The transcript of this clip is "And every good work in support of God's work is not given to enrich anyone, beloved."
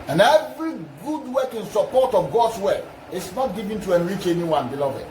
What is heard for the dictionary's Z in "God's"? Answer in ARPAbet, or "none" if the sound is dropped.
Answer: S